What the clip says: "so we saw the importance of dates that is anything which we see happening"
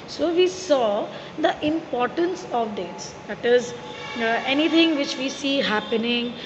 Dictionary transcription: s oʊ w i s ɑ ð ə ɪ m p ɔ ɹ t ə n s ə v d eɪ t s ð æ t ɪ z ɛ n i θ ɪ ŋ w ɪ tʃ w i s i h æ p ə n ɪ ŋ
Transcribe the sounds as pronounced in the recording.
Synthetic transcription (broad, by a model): s oʊ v i s ɑ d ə ɪ m p ɔ ɹ t ə n s ə v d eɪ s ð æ t ɪ z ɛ n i t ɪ ŋ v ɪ tʃ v i s i h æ p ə n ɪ ŋ